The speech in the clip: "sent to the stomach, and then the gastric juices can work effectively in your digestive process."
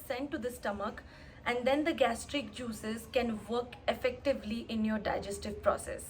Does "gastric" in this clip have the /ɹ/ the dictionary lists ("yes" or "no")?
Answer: yes